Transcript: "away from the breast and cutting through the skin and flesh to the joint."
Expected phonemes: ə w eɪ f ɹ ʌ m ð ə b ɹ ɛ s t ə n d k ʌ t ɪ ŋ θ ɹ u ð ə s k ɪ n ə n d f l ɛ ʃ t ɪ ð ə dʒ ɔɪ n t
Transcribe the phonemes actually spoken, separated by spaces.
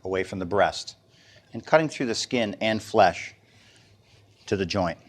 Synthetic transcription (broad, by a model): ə w eɪ f ɹ ʌ m ð ə b ɹ ɛ s t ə n k ʌ t ɪ ŋ θ ɹ u ð ə s k ɪ n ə n f l ɛ ʃ t ɪ ð ə dʒ ɔɪ n t